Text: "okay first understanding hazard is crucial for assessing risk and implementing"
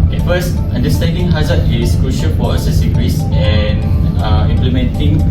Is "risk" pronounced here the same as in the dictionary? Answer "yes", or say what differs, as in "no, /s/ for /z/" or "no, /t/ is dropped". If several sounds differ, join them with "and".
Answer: no, /k/ is dropped